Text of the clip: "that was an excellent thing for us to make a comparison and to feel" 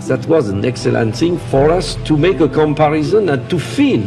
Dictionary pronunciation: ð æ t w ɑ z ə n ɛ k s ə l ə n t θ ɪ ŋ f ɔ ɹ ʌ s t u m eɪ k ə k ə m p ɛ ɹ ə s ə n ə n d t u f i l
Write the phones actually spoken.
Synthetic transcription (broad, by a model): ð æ t w ɑ z ə n ɛ k s ə l ə n t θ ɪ ŋ f ɔ ɹ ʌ s t u m eɪ k ə k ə m p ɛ ɹ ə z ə n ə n t u f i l